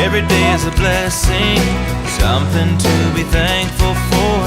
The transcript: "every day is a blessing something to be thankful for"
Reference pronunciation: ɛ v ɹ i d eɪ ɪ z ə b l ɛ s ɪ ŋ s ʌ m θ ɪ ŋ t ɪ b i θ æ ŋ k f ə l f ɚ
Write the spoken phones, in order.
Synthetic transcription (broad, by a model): ɛ v ɹ i d eɪ ɪ z ə b l ɛ s ɪ ŋ s ʌ m θ ɪ ŋ t ɪ b i θ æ ŋ k f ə l f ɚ